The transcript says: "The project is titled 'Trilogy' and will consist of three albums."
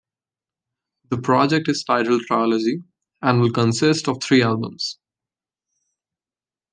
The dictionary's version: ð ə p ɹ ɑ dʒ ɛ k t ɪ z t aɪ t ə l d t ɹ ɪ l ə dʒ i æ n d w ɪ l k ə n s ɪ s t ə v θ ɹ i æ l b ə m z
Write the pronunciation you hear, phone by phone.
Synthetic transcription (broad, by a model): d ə p ɹ ɑ dʒ ɛ k t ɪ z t aɪ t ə l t ɹ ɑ l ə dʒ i æ n d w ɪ l k ə n s ɪ s t ə v t ɹ i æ l b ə m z